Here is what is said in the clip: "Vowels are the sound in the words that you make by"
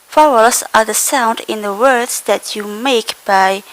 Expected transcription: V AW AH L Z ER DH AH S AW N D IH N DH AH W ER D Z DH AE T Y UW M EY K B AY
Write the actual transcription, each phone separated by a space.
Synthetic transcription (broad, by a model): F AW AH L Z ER DH AH S AW N D IH N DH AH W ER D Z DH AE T Y UW M EY K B AY